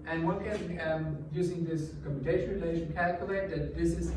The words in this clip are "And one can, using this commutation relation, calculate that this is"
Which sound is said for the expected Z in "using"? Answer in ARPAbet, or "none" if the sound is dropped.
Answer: Z